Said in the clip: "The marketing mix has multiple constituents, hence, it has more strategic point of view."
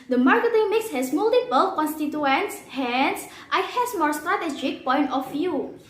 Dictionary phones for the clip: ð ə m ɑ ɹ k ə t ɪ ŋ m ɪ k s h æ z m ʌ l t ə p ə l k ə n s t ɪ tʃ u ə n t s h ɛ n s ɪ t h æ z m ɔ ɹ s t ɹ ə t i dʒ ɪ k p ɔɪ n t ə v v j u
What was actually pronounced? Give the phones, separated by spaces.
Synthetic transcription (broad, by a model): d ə m ɑ ɹ k ə t ɪ ŋ m ɪ k s h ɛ s m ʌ l t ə p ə l k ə n s t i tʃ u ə n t s h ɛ n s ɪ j h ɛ s m ɔ ɹ s t ɹ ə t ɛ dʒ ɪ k p ɔɪ n t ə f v j u